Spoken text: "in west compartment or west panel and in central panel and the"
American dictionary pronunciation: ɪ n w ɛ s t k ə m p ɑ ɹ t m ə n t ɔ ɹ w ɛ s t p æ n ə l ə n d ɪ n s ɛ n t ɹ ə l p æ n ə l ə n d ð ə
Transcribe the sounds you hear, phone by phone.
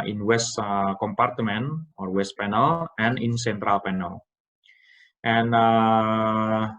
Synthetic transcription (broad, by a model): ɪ n w ɛ s t k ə m p ɑ ɹ t m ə n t ɔ ɹ w ɛ s t p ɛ n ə l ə n ɪ n s ɛ n t ɹ ə l p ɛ n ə l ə n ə